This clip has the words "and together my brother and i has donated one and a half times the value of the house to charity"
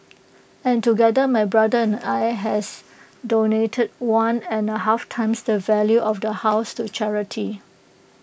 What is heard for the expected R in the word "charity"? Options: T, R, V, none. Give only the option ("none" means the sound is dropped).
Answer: R